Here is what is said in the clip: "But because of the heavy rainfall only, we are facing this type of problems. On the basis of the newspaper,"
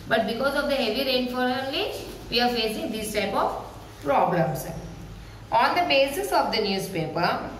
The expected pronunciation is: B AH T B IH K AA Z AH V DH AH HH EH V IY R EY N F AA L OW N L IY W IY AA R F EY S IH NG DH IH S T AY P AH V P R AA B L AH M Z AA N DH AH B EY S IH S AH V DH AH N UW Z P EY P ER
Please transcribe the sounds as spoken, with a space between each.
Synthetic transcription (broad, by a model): B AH T B IH K AA Z AH V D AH HH EH V IY R EY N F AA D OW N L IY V IY AA R F EY S IH NG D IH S T AY P AH V P R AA B L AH M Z AA N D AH B EY S IH S AH V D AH N UW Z P EY P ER